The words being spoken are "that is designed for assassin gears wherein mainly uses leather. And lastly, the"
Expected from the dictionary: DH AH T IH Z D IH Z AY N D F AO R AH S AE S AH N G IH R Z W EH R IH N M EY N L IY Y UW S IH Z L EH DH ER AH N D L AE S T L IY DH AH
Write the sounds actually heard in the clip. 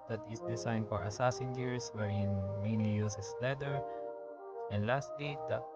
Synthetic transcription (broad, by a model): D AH T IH S D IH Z AY N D F AO R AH S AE S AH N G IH R S W EH R IH N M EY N IY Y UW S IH S L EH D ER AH N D L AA S T L IY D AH